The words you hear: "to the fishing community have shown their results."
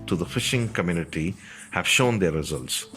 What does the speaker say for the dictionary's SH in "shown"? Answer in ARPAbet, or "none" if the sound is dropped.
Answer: SH